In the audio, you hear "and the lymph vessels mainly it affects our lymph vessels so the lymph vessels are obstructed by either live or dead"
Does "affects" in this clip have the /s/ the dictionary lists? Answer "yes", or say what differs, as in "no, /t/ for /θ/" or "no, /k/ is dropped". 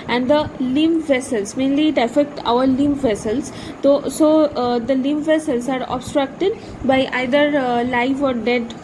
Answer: no, /s/ is dropped